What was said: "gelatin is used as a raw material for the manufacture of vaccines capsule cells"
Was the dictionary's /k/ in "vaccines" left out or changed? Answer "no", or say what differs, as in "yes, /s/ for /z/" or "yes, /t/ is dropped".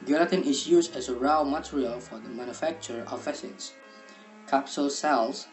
yes, /k/ is dropped